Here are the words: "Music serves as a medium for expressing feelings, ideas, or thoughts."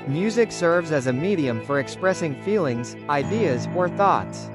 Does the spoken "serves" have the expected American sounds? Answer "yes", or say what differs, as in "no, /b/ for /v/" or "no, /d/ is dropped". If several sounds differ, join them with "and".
yes